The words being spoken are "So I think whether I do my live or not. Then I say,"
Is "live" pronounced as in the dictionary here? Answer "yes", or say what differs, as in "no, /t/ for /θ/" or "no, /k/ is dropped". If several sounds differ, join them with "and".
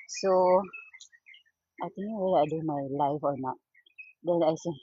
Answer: no, /f/ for /v/